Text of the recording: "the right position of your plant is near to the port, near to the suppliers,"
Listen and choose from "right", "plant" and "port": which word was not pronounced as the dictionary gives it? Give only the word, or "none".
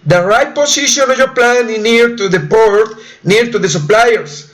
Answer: plant